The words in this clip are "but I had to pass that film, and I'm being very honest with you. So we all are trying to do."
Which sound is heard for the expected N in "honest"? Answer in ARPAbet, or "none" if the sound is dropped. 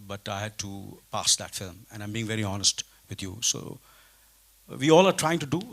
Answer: N